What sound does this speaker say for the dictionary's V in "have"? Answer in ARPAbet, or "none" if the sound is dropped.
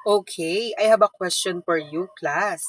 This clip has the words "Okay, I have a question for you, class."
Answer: B